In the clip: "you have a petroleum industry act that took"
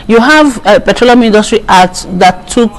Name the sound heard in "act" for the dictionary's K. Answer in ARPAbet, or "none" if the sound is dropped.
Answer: none